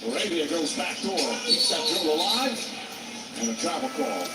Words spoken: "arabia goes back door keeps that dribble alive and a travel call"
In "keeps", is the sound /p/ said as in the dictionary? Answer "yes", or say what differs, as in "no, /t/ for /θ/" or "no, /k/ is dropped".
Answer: no, /p/ is dropped